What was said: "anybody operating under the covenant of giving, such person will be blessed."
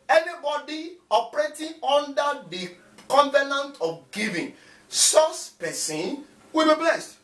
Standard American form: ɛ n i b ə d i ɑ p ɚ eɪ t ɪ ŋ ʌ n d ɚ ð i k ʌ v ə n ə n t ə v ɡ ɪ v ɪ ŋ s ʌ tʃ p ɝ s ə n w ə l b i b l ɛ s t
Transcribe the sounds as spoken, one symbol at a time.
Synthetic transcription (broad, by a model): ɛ n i b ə d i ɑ p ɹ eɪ t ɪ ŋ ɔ n d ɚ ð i k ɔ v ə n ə n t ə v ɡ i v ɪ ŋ s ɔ s p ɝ s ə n w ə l b i b l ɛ s t